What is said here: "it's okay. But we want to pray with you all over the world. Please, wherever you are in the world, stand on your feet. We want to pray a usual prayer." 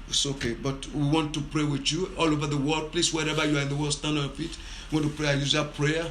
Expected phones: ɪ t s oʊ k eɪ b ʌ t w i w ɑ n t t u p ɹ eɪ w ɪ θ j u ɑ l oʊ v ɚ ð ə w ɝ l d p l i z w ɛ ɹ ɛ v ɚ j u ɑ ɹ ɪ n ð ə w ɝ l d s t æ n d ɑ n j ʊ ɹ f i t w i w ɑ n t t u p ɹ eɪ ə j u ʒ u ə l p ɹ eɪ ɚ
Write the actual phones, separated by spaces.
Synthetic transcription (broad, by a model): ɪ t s oʊ k eɪ b ʌ t w i w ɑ n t t u p ɹ eɪ w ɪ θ j u ɑ l oʊ v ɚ ð ə w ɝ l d p l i s w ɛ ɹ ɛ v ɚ j u ɑ ɹ ɪ n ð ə w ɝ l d s t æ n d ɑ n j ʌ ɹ f i t w i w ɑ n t t u p ɹ eɪ ə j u z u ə p ɹ eɪ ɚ